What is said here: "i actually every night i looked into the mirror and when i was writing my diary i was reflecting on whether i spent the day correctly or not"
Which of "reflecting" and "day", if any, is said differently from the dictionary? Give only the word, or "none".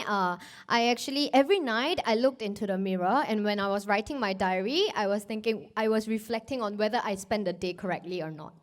none